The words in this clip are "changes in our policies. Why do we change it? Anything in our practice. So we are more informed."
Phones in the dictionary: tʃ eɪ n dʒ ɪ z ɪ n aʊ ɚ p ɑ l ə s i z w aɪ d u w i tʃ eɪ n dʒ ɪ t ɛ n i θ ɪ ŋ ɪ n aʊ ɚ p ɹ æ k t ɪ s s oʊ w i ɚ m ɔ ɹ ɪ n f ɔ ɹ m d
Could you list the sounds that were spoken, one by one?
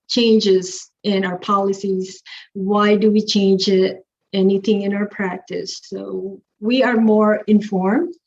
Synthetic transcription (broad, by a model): tʃ eɪ n dʒ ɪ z ɪ n aʊ ɚ p ɑ l ə s i z w aɪ d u w i tʃ eɪ n dʒ ɪ t ɛ n i θ ɪ ŋ ɪ n aʊ ɚ p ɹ æ k t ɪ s s oʊ w i ɚ m ɔ ɹ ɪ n f ɔ ɹ m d